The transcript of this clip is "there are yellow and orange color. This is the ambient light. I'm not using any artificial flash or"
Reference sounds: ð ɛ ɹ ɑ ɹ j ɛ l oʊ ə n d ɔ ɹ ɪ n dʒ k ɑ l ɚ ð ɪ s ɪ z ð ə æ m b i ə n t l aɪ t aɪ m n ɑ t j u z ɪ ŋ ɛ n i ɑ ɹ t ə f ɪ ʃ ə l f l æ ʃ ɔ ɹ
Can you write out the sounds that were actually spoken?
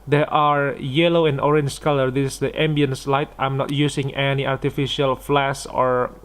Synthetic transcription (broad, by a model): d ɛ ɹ ɑ ɹ j ɛ l oʊ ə n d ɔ ɹ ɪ n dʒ k ɑ l ɚ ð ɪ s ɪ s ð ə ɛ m b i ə n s l aɪ t aɪ m n ɑ t j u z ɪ ŋ ɛ n i ɑ ɹ t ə f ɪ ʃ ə l f l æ s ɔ ɹ